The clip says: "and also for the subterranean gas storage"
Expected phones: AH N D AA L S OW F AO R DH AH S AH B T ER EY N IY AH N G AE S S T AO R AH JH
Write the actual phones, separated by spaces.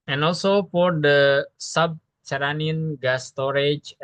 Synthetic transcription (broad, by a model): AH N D AA L S OW P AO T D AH S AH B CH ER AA N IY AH N G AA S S T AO R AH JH